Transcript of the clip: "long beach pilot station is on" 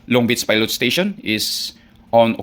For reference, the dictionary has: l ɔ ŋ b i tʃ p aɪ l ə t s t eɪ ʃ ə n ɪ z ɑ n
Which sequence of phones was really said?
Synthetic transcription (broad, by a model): l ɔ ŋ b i s p aɪ l ə t s t eɪ ʃ ə n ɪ s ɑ n